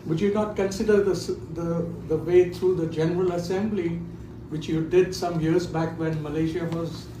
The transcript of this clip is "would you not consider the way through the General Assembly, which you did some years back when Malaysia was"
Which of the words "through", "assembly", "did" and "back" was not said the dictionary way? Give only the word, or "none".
through